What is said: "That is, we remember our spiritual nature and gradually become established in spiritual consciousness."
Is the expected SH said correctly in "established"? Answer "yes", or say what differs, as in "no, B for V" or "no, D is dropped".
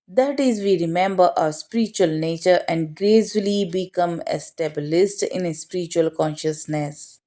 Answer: no, S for SH